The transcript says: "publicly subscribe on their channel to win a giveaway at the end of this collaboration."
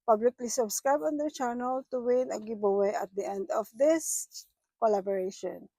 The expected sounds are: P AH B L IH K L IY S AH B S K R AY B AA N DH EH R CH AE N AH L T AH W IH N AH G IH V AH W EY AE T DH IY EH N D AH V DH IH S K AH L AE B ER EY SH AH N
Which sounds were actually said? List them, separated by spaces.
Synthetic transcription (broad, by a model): P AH B L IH K L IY S AH B S K R AY B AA N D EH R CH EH N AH L T AH W IH N AH G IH B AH W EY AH T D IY EH N D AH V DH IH S K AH L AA B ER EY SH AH N